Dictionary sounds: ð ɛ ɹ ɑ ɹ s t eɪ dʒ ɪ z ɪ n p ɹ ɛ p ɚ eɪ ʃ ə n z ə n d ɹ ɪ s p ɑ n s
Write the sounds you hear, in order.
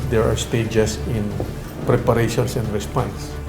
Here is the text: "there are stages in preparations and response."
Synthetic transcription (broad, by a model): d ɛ ɹ ɑ ɹ s t eɪ dʒ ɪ s ɪ n p ɹ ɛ p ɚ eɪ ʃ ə n s ə n d ɹ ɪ s p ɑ n s